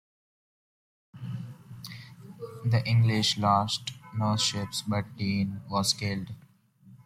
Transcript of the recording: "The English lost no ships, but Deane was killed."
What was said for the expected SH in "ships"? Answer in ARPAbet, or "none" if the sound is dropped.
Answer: SH